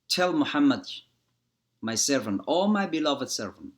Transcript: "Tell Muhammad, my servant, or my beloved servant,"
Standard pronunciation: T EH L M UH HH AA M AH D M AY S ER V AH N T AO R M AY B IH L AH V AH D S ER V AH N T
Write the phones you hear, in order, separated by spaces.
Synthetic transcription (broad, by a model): T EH L M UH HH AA M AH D M AY S ER V AH N T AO L M AY B IH L AH V AH D S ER V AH N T